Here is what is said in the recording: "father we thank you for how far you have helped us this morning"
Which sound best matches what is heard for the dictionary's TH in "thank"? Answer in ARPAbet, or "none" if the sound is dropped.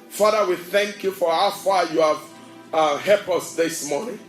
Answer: TH